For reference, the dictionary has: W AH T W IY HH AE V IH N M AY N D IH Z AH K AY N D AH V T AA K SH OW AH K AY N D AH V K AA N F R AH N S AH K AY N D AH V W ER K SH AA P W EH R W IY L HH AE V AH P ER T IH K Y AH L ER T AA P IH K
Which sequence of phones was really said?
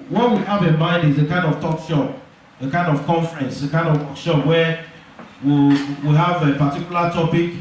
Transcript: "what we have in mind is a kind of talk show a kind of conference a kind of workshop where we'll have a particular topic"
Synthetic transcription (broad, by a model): W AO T W IY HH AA V IH N M AY N D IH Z AH K AY N D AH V T AA K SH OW AH K AY N D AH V K AA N F R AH N S AH K AY N D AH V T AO K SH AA P W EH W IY W HH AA V AH P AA T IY K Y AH L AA T AA P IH K